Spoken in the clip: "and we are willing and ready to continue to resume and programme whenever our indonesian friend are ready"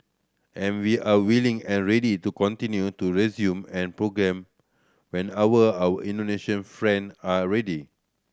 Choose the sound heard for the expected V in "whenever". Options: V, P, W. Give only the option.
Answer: W